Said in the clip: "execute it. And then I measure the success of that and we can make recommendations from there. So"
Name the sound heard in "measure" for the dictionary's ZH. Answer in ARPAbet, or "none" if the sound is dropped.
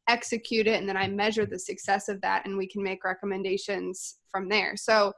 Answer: ZH